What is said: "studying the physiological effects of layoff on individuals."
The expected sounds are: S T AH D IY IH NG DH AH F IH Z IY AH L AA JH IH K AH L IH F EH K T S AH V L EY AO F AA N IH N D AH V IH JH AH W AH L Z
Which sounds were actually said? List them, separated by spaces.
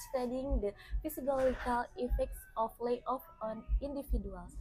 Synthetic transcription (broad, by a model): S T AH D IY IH NG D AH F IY S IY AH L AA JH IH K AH L IH F EH K T S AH F L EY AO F AA N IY N D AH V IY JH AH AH L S